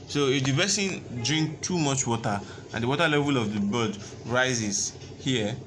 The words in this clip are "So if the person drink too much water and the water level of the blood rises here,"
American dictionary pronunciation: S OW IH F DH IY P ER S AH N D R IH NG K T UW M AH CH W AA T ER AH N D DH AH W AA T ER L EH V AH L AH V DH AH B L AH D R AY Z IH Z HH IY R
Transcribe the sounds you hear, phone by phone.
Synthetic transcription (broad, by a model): S OW IH F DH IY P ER S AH N D R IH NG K T UW M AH CH W AA T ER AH N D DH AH W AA T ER L EH V AH L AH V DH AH B AH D R AY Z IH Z HH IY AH